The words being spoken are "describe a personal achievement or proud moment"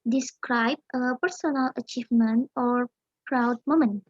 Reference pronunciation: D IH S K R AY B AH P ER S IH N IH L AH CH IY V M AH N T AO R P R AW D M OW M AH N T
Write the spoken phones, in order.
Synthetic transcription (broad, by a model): D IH S K R AY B AH P ER S IH N IH L AH CH IY V M AH N T AO R P R AW D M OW M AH N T